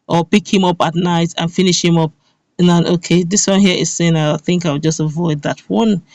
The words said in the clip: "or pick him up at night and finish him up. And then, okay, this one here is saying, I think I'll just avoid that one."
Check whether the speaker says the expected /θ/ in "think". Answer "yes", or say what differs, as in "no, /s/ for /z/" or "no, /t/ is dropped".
yes